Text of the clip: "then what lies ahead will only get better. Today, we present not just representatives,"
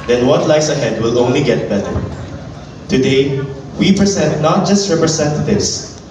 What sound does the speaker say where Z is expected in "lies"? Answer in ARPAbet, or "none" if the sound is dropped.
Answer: S